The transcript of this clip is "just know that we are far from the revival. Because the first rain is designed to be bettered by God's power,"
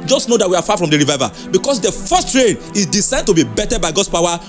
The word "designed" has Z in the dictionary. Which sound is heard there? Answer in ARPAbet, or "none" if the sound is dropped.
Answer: S